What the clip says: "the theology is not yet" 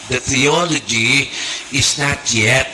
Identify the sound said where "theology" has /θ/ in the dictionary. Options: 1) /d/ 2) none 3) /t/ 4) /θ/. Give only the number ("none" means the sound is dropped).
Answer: 4